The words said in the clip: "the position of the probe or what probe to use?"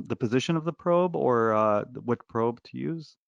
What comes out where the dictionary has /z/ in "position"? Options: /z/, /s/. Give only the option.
/z/